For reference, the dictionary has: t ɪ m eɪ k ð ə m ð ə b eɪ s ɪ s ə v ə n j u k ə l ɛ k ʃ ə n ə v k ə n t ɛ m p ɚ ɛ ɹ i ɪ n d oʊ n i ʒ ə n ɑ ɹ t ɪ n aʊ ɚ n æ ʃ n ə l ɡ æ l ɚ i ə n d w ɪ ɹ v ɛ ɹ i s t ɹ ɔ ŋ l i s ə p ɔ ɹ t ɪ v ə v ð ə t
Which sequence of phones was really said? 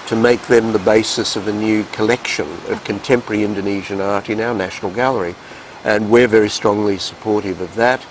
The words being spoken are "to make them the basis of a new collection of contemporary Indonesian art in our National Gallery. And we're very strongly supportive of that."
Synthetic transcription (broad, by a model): t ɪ m eɪ k ð ə m ð ə b eɪ s ɪ s ə v ə n j u k ə l ɛ k ʃ ə n ə v k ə n t ɛ m p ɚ ɹ i ɪ n d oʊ n i ʒ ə n ɑ ɹ t ɪ n aʊ ɚ n æ ʃ n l ɡ æ l ɚ i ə n w ɪ ɹ v ɛ ɹ i s t ɹ ɔ ŋ l i s ə p ɔ ɹ t ɪ v ə v ð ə t